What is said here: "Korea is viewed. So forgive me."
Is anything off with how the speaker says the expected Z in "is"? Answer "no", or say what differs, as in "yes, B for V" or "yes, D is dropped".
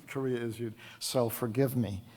no